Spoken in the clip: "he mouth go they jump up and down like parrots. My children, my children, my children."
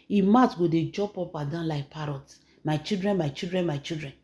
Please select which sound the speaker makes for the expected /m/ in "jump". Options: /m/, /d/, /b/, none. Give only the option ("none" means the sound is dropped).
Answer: none